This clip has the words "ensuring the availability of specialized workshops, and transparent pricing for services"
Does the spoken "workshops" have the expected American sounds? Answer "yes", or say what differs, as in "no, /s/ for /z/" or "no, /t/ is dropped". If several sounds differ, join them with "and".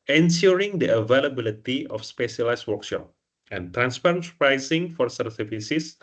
no, /s/ is dropped